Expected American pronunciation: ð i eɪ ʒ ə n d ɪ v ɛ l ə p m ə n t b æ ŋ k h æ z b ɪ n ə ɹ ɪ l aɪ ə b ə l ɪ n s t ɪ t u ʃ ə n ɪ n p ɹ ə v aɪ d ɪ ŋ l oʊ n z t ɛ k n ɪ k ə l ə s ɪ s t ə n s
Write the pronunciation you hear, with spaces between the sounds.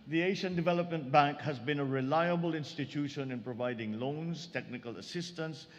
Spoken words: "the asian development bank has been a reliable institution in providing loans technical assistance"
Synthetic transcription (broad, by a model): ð i eɪ ʃ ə n d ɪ v ɛ l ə p m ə n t b æ ŋ k h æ z b ɪ n ə ɹ ɪ l aɪ ə b ə l ɪ n s t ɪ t u ʃ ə n ɪ n p ɹ ə v aɪ d ɪ ŋ l oʊ n z t ɛ k n ɪ k ə l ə s ɪ s t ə n s